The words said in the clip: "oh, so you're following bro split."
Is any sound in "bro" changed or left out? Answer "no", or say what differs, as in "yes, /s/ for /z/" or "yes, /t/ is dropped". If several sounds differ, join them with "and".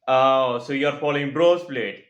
no